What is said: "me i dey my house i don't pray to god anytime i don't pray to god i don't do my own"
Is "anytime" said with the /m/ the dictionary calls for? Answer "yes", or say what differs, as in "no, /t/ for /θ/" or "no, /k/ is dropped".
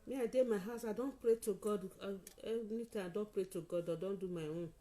no, /m/ is dropped